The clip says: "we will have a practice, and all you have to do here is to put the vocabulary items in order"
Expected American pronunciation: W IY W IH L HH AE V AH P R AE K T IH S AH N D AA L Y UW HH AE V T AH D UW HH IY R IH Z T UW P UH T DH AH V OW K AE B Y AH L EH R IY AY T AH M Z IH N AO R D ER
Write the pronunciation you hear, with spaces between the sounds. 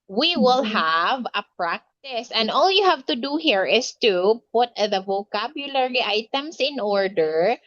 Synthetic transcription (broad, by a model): W IY W IH L HH AE V AH P R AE K T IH S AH N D AA L Y UW HH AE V T AH D UW HH IY R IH S T UW P UH T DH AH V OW K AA B Y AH L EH R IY AY T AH M S IH N AO R D ER